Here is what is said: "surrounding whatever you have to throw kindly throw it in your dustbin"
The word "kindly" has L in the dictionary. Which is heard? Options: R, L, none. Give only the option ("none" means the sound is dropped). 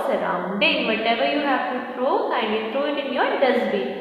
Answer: none